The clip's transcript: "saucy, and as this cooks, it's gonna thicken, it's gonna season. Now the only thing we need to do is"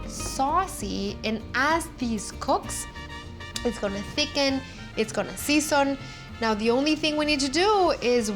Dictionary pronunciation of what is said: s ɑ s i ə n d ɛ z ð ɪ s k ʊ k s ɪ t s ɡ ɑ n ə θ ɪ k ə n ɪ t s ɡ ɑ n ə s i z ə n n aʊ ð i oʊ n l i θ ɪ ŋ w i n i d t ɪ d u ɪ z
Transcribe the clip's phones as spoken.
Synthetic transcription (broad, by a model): s ɑ s i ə n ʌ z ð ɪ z k ʊ k s ɪ t s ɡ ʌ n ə θ ɪ k ə n ɪ t s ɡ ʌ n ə s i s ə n n aʊ ð i oʊ n l i θ ɪ ŋ w i n i d t ɪ d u ɪ z